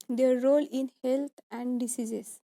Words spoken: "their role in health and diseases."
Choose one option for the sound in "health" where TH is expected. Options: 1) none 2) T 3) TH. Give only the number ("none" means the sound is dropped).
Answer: 2